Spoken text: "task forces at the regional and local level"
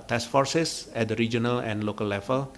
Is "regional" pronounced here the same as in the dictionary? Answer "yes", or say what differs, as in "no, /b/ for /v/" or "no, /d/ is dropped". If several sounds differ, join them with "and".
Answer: yes